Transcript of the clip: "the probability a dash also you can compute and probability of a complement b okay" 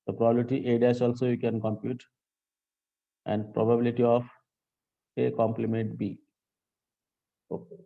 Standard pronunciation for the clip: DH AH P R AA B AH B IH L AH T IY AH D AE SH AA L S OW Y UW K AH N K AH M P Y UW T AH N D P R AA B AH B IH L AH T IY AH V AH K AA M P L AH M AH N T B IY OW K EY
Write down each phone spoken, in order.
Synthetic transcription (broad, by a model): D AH P R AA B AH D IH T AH T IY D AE S AA L S OW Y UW K AH N K AH M P Y UW T AH N D P R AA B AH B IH L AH T IY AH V AH K AA M P L AH M AH N T B IY OW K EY